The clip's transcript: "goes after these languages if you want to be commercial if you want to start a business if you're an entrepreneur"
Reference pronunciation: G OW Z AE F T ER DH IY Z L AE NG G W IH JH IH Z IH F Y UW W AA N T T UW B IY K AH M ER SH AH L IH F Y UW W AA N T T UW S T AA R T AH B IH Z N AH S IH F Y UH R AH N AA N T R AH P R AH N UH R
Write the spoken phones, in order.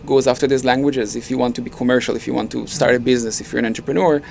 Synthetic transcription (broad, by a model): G OW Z AE F T ER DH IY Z L AE NG G W IH JH IH Z IH F Y UW W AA N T T UW B IY K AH M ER SH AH L IH F Y UW W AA N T T UW S T AA R T AH B IH Z N AH S IH F Y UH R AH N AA N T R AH P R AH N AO R